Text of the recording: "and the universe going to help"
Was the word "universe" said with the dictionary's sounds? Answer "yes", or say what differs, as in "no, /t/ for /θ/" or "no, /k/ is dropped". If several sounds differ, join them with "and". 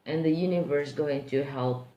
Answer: yes